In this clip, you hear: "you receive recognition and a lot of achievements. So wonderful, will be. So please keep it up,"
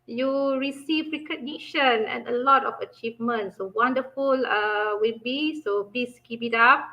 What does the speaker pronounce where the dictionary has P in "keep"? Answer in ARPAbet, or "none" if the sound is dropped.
B